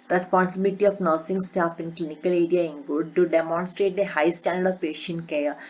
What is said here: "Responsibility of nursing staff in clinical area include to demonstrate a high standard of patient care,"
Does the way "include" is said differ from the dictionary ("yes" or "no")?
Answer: yes